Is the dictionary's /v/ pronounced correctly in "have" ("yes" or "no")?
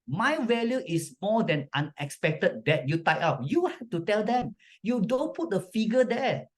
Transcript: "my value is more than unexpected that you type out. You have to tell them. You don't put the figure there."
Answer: no